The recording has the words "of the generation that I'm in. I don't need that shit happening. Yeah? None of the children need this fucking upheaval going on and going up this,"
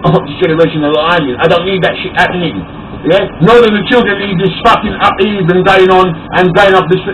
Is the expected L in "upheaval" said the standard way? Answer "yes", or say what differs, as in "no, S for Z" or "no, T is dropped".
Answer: no, N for L